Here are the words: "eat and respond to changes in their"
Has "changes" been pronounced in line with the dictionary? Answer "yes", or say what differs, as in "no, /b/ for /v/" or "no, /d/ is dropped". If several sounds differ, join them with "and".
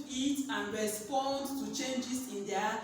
no, /s/ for /z/